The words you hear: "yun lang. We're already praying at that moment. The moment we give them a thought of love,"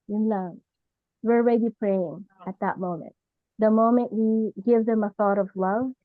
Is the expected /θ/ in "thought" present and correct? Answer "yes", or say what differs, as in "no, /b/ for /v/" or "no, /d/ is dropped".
yes